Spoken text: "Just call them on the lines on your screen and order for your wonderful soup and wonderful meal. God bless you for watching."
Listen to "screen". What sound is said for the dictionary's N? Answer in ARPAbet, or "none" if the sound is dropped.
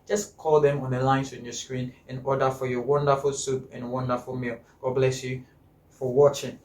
N